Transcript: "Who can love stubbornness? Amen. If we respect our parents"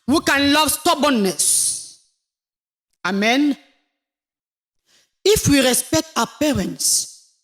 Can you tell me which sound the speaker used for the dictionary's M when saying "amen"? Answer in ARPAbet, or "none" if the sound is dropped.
M